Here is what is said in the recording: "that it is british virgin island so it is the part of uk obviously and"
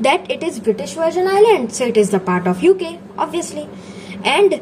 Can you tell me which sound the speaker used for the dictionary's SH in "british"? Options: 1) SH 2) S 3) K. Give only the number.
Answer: 1